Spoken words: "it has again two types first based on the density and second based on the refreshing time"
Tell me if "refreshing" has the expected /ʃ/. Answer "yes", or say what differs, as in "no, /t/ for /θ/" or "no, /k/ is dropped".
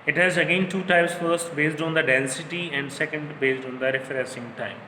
no, /s/ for /ʃ/